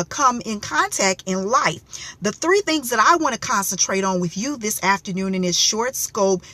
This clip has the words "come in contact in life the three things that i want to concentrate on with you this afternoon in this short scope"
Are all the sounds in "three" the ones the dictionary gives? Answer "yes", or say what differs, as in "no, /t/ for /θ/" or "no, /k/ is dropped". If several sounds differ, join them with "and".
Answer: yes